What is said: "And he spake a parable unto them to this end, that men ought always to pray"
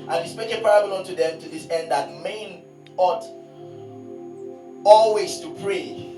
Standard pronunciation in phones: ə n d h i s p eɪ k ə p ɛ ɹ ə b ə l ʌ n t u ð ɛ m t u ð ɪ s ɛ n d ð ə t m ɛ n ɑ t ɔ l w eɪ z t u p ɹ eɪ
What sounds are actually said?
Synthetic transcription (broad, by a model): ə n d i s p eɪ ə p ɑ ɹ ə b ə l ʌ n t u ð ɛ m t u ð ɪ s ɛ n d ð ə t m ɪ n ɑ t ɔ l w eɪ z t u p ɹ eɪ